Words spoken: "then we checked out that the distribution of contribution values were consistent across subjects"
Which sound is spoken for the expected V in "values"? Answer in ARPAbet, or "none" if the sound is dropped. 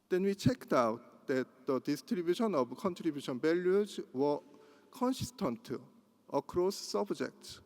B